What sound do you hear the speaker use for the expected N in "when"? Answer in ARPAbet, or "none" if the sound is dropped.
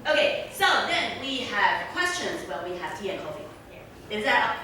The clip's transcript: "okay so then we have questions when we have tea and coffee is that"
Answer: L